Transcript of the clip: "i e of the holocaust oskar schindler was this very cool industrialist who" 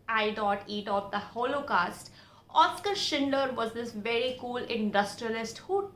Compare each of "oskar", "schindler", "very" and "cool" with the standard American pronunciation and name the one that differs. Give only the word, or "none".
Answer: schindler